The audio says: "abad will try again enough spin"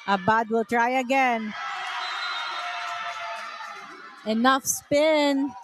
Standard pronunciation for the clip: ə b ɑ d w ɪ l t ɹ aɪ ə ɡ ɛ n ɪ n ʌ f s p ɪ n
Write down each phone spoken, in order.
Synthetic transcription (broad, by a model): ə b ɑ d w ɪ l t ɹ aɪ ə ɡ ɛ n ɪ n ʌ f s p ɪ n